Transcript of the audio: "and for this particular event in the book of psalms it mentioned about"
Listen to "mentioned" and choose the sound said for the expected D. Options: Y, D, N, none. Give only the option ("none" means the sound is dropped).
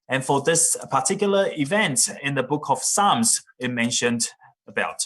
D